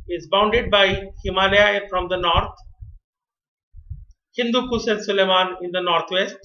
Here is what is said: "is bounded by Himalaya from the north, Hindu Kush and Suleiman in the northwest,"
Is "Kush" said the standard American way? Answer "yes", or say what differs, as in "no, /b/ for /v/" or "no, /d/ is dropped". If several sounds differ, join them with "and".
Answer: no, /s/ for /ʃ/